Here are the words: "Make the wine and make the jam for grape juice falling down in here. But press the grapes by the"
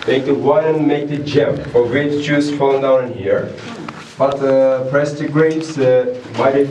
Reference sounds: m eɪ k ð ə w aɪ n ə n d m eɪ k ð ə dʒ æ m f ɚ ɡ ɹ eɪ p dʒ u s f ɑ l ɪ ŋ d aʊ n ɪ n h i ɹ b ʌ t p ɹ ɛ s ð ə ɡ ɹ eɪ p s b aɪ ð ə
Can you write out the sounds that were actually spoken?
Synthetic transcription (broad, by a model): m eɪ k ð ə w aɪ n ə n m eɪ k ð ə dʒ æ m f ɚ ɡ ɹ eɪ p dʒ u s f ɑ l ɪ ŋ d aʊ ɪ n h i ɹ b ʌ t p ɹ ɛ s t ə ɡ ɹ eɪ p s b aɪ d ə